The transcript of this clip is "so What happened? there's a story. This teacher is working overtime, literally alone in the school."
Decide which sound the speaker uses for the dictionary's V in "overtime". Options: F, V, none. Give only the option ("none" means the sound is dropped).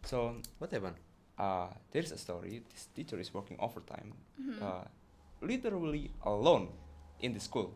F